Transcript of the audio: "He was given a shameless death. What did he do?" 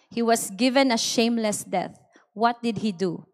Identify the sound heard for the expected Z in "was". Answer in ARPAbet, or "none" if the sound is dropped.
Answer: S